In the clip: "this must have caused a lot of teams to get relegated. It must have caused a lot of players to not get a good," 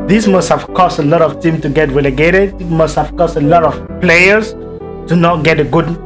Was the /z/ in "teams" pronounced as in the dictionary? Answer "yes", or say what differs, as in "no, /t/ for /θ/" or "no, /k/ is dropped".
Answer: no, /z/ is dropped